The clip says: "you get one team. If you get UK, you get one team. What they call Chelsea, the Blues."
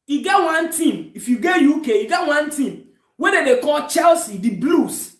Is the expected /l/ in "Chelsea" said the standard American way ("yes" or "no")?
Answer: yes